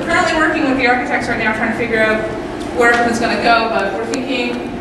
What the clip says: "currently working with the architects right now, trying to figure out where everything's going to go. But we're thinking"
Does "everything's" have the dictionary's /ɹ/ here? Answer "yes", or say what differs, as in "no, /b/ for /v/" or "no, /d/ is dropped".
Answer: no, /ɹ/ is dropped